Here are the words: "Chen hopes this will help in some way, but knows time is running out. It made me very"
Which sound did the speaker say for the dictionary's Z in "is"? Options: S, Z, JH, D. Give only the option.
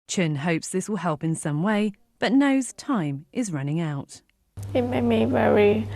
Z